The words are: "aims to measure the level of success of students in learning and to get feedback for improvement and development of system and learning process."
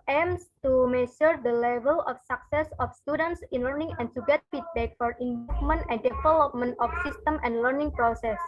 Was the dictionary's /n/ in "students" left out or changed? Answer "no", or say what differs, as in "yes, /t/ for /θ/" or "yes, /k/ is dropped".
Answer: no